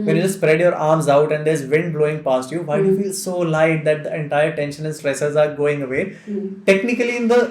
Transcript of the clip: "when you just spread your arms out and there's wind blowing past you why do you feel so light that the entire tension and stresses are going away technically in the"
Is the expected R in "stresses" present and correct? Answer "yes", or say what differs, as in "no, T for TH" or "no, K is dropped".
yes